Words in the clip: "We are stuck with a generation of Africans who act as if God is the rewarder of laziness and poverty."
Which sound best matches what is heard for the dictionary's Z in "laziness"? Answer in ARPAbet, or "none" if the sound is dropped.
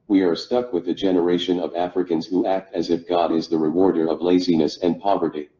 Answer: Z